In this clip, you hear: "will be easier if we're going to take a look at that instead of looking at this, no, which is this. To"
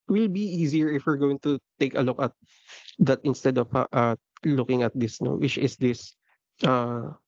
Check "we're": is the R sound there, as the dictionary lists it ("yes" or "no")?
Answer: yes